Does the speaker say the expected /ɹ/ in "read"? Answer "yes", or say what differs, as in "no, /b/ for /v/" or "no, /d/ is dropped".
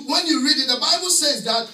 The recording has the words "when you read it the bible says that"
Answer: yes